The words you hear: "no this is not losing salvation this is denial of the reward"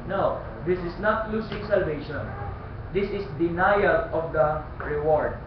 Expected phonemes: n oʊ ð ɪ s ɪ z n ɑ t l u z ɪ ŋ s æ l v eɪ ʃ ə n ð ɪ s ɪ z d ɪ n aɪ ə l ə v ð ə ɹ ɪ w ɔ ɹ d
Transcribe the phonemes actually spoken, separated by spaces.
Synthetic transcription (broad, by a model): n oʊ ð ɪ s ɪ s n ɑ t l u s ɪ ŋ s æ l v eɪ ʃ ə n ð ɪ s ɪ s d ɪ n aɪ ə l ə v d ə ɹ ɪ w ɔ ɹ d